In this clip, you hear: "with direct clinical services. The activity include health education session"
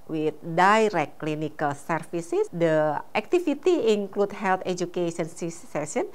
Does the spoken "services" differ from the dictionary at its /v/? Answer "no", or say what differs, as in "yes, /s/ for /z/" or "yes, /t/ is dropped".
yes, /f/ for /v/